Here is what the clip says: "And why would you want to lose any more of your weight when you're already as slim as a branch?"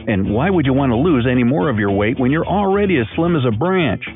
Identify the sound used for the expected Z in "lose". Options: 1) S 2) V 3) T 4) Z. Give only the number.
4